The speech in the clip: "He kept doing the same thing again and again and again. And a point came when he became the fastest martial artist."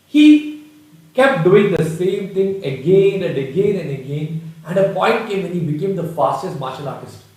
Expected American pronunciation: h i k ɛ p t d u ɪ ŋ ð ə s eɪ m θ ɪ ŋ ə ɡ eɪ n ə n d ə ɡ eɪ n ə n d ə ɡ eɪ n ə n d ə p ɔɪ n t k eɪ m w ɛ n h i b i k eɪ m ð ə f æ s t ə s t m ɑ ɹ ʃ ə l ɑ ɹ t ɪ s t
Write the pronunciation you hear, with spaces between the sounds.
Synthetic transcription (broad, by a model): h i k ɛ p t d u ɪ ŋ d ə s eɪ m t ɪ ŋ ə ɡ eɪ n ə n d ə ɡ eɪ n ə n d ə ɡ eɪ n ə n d ə p ɔɪ n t k eɪ m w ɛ n h i b i k eɪ m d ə f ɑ s t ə s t m ɑ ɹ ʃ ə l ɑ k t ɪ s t